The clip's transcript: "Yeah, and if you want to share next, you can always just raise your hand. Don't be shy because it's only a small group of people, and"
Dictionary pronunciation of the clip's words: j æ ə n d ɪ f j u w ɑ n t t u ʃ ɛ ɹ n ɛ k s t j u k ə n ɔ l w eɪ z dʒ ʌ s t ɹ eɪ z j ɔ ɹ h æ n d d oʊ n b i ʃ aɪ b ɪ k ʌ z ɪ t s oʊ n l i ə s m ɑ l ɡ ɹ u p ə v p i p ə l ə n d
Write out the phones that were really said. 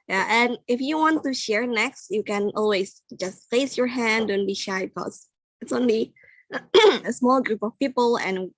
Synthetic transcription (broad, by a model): j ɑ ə n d ɪ f j u w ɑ n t t u ʃ ɛ ɹ n ɛ k s t j u k ə n ɔ l w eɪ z dʒ ʌ s t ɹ eɪ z j ɔ ɹ h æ n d d oʊ n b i ʃ aɪ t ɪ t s ɪ t s oʊ n l i ə s m ɑ l ɡ ɹ u p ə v p i p ə l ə n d